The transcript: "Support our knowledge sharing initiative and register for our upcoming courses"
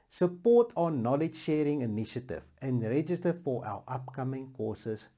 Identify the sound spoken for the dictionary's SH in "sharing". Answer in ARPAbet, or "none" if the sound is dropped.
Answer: SH